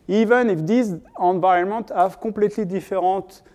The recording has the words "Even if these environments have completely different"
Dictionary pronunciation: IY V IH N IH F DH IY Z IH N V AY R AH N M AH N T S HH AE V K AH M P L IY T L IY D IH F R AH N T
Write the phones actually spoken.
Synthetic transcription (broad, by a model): IY V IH N IH F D IY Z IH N V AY AH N M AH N T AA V K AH P L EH T L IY D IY F R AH T